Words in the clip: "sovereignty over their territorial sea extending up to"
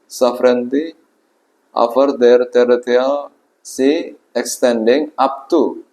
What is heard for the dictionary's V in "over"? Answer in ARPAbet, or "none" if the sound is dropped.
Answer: F